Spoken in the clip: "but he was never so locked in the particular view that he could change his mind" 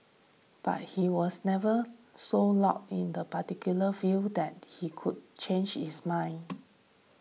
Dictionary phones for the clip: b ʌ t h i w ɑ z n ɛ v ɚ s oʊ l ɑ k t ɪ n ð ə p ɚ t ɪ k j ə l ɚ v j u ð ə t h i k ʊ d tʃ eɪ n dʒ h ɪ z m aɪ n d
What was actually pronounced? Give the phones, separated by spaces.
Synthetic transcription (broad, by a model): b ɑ t h i w ɑ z n ɛ v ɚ s oʊ l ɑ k ɪ n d ə p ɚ t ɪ k j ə l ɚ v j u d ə t h i k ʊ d tʃ eɪ n dʒ h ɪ s m aɪ n